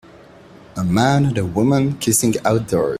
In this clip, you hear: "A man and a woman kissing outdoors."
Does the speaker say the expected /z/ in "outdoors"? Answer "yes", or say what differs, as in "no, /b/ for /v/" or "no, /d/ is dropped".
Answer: no, /z/ is dropped